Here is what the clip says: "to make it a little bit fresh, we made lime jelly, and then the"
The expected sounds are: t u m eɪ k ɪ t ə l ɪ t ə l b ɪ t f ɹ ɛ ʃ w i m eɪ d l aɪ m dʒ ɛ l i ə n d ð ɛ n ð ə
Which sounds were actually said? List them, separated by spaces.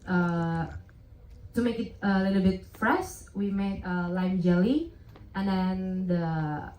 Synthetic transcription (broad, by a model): t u m eɪ k ɪ t ə l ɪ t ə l b ɪ t f ɹ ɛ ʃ w i m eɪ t l aɪ m dʒ ɛ l i ə n d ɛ n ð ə